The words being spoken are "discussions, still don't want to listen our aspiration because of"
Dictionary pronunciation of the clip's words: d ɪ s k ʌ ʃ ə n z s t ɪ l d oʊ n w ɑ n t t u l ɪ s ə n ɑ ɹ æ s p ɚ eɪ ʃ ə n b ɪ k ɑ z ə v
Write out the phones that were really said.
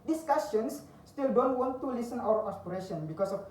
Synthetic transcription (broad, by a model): d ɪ s k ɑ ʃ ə n s t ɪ l d oʊ n w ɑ n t t u l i s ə n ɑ w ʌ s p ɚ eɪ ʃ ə n b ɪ k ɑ s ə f